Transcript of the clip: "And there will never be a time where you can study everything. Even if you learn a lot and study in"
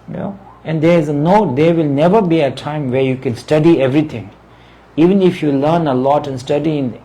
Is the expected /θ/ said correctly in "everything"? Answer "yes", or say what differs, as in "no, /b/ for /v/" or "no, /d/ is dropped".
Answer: no, /t/ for /θ/